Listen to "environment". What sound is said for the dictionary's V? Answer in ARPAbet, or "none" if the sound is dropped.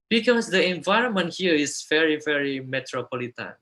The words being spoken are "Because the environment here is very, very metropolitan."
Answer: V